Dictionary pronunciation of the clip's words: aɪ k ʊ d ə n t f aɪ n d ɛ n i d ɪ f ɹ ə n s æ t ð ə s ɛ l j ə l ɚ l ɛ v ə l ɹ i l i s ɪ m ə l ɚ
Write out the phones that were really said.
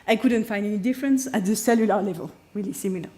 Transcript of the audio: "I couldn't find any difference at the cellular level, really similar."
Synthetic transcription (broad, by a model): aɪ k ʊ d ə n t f aɪ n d ɛ n i d ɪ f ɹ ə n s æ t ð ə s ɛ l j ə l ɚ l ɛ v ə l ɹ i l i s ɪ m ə l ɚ